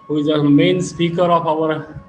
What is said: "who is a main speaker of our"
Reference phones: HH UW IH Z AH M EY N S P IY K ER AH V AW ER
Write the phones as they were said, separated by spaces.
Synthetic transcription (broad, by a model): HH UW IH Z AH M EY N S P IY K ER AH P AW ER